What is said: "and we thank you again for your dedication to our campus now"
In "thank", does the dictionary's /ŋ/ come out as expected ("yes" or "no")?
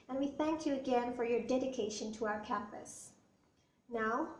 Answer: yes